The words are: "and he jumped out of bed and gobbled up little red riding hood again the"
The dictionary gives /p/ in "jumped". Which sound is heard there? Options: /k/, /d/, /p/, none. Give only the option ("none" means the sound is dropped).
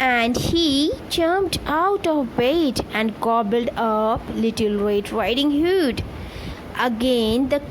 none